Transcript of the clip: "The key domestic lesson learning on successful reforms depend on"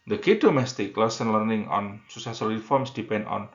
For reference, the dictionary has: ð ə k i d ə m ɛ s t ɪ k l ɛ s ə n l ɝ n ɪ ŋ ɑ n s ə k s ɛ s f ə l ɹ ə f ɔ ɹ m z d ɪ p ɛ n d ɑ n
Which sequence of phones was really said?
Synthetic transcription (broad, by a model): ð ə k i d ə m ɛ s t ɪ k l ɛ s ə n l ɝ n ɪ ŋ ɑ n s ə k s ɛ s ə l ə f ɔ ɹ m s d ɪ p ɛ n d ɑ n